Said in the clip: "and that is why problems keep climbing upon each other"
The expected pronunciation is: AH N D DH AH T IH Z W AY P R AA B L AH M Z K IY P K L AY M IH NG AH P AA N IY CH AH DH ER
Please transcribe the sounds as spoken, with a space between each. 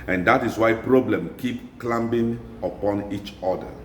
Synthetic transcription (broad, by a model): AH N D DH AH T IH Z W AY P R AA B L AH M K IY P K L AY M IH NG AH P AA N IY CH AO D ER